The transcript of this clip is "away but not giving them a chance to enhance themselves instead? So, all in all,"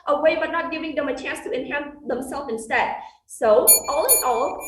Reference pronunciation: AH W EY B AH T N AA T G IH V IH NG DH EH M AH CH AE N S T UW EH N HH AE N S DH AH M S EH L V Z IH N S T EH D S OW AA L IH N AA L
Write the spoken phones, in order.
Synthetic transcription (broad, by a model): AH W EY B AH T N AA T G IH V IH NG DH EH M AH CH AE N S T UW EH N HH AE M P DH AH M S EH L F IH N S T EH D S OW AA L IH N AA L